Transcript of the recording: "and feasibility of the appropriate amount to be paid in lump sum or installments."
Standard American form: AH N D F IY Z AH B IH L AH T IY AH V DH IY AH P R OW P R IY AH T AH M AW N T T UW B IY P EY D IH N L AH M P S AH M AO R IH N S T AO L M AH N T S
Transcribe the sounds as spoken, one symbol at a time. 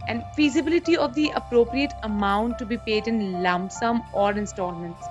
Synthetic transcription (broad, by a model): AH N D F IY Z AH B IH L AH T IY AH V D IY AH P R OW P R IY AH T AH M AW N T T UW B IY P EY D IH N L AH M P S AH M AO R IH N S T AO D M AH N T S